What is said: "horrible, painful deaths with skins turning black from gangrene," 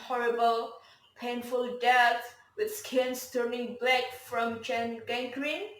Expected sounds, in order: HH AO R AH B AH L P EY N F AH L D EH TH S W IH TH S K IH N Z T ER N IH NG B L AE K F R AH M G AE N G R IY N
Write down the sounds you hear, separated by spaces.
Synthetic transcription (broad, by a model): HH AO R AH B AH L P EY N F AH L D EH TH W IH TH S K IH N S T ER N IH NG B L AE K F R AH M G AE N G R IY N